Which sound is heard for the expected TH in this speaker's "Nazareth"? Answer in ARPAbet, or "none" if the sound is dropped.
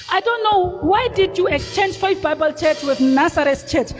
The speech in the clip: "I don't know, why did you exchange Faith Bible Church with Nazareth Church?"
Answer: S